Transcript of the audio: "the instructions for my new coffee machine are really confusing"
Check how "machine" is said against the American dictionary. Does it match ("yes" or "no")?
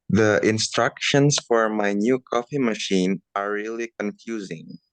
yes